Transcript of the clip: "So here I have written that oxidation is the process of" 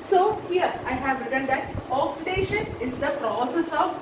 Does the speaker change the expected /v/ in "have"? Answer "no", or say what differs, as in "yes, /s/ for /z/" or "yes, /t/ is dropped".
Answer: no